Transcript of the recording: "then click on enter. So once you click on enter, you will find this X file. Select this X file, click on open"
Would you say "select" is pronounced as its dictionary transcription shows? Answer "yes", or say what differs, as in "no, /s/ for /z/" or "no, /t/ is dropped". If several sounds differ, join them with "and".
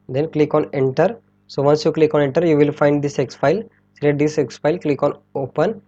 no, /k/ is dropped